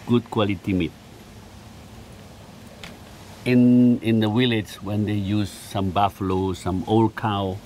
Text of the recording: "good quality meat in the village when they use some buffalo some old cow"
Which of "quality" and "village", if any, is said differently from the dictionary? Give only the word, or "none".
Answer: village